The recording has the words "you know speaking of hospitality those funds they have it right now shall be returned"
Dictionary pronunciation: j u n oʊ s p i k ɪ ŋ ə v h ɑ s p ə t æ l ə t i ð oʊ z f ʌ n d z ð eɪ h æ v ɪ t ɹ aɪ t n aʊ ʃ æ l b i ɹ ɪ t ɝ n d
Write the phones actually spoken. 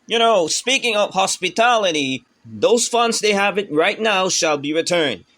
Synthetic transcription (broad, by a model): j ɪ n oʊ s p i k ɪ ŋ ə v h ɑ s p ə t æ l ə t i ð oʊ z f ʌ n d z ð eɪ h æ v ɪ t ɹ aɪ t n aʊ ʃ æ l b i ɹ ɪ t ɝ n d